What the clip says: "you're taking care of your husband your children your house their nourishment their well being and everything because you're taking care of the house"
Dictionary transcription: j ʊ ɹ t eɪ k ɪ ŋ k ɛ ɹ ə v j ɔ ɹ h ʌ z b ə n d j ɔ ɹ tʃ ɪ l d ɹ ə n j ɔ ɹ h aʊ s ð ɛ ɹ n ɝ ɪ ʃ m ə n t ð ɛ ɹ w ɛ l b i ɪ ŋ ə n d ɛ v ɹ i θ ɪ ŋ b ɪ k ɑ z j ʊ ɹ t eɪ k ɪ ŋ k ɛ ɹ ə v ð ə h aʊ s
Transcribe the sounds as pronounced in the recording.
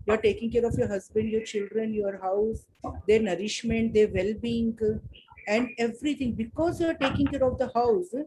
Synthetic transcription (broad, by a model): j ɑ ɹ t eɪ k ɪ ŋ k ɛ ɹ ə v j ɔ ɹ h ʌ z b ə n d j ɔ ɹ tʃ ɪ l d ɹ ə n j ɔ ɹ h aʊ s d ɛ ɹ n ɝ ɪ ʃ m ə n t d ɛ ɹ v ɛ l b i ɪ ŋ ə n d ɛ v ɹ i t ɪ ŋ b ɪ k ɑ z j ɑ ɹ t eɪ k ɪ ŋ k ɛ ɹ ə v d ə h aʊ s